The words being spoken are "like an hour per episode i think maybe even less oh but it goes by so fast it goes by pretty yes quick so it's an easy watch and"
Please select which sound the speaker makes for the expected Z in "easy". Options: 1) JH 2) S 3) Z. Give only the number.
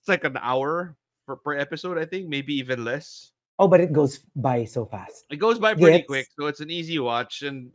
3